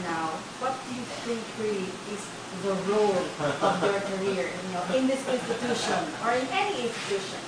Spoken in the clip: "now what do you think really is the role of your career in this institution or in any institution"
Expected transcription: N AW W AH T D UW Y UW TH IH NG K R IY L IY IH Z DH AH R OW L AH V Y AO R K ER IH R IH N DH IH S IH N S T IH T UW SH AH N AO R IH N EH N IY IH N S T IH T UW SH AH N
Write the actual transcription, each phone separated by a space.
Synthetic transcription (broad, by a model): N AW W AH T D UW Y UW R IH K R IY IY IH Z DH AH R OW L AH V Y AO R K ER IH R IH N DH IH S IH N S T IH T UW SH AH N AO R IH N EH N IY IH N S T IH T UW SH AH N